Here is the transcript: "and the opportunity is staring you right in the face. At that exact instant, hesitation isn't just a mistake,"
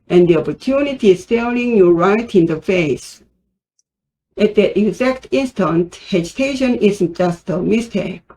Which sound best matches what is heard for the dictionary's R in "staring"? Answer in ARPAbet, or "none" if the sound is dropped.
L